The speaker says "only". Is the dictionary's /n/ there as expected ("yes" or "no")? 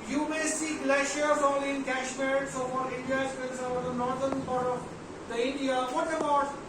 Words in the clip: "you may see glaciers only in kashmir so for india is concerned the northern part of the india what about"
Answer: no